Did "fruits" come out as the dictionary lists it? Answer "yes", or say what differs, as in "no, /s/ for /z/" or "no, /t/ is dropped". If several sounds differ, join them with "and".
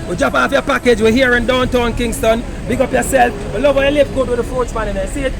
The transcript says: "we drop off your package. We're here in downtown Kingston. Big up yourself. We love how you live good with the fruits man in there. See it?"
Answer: no, /ɹ/ is dropped